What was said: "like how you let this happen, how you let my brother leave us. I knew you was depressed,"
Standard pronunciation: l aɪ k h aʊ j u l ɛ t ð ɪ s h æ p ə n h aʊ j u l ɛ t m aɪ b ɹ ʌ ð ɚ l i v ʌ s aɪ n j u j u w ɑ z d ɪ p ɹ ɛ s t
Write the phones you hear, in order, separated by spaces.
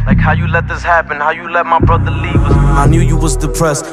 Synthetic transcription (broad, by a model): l aɪ k h aʊ j u l ɛ t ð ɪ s h æ p ə n h aʊ j u l ɛ t m aɪ b ɹ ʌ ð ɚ l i w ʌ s aɪ n j u j u w ɑ z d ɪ p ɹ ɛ s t